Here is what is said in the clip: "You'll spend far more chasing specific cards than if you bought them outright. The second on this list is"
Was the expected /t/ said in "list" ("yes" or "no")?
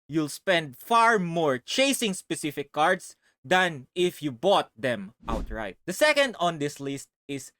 yes